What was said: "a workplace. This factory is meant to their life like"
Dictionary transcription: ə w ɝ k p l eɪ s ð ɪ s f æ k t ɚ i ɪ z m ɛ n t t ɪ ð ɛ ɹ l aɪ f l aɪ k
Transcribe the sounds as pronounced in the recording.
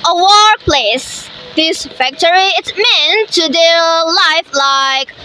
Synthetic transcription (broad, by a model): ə w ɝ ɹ p l eɪ s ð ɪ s f æ k t ɚ i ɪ s m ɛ n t t ɪ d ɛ l aɪ f l aɪ k